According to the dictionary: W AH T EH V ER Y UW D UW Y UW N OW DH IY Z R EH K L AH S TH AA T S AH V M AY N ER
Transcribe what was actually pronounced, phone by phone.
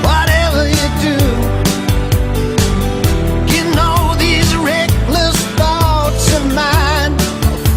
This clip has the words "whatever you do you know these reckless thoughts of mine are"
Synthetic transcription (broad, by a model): W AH T EH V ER Y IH D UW Y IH N OW DH IY Z R EH K L AH S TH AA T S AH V M AY N